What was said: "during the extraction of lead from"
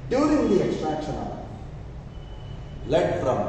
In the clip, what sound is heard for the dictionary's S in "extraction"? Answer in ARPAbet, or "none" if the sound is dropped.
S